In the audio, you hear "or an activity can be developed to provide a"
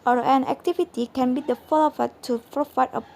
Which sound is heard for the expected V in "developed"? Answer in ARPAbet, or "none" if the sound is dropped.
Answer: F